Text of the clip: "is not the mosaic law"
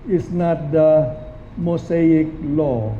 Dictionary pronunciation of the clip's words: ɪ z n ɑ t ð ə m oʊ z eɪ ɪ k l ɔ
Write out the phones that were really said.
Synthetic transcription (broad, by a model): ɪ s n ɑ t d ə m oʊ s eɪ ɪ k l ɔ